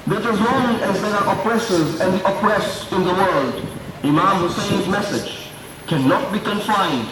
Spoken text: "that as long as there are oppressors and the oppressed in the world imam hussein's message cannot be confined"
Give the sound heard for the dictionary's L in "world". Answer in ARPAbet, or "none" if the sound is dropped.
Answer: L